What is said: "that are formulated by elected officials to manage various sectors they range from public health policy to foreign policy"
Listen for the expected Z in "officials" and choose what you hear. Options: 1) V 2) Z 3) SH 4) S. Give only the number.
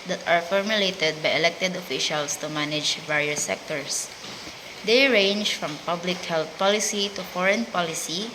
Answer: 4